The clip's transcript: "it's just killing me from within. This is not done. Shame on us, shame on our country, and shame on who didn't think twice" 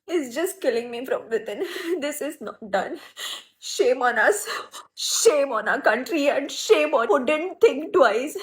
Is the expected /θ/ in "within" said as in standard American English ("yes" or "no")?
no